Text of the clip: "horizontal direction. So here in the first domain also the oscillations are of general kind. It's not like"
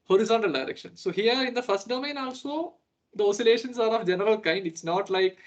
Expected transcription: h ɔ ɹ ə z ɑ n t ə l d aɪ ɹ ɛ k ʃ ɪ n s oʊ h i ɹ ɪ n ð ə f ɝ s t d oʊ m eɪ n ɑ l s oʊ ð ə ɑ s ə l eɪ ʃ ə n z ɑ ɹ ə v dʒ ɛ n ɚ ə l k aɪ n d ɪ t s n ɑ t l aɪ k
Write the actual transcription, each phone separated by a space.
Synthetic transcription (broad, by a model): h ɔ ɹ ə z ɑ n t ə l d aɪ ɹ ɛ k ʃ ɪ n s oʊ h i ɹ ɪ n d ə f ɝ s t d oʊ m eɪ n ɑ l s oʊ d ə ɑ s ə l eɪ ʃ ə n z ɑ ɹ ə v dʒ ɛ n ɚ ə l k aɪ n d ɪ t s n ɑ t l aɪ k